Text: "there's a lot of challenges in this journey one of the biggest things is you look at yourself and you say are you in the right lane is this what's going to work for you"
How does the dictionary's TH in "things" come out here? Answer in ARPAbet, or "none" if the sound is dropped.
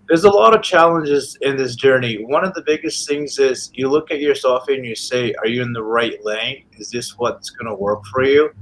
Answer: TH